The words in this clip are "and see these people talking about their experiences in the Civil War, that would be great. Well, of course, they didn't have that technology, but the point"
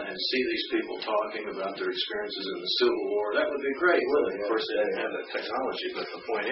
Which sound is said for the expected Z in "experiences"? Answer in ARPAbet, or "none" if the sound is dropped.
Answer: Z